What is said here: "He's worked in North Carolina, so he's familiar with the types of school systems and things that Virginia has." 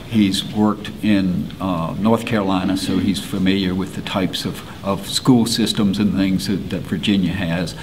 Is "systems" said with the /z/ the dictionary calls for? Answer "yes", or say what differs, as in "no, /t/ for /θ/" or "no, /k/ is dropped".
yes